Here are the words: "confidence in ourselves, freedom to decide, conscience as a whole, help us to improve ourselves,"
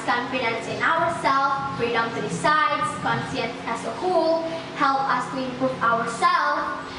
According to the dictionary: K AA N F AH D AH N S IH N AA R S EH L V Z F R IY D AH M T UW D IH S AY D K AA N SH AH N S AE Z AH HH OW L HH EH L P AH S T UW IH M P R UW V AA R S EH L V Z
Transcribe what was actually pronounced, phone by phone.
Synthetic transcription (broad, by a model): K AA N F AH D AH N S IH N AA R S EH L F F R IY D AH M T UW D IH S AY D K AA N S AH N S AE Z AH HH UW L HH EH L P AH S T UW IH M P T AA W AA R S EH L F